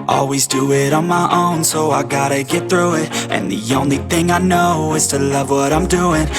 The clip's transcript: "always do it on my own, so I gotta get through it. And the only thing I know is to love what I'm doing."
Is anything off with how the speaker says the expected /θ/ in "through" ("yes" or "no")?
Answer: no